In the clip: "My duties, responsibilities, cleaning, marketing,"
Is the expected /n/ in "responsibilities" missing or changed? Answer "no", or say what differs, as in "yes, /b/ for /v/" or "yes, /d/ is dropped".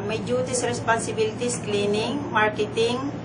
yes, /n/ is dropped